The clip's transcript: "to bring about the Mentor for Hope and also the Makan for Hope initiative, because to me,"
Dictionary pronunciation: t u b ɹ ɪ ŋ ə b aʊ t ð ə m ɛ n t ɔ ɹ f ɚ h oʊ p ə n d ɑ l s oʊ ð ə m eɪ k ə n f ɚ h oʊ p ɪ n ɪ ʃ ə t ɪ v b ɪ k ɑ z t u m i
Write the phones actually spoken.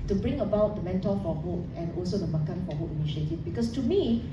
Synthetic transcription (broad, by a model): t u b ɹ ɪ ŋ ə b aʊ t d ə m ɛ n t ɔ l f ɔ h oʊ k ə n ɑ l s oʊ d ə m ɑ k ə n f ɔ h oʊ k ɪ n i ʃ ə t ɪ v b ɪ k ɑ s t u m i